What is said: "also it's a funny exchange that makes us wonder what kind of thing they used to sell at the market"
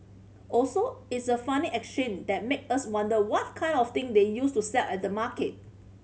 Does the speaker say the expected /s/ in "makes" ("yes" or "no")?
no